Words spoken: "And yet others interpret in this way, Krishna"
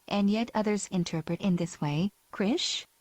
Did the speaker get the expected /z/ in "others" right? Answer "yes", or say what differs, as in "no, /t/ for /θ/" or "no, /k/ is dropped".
yes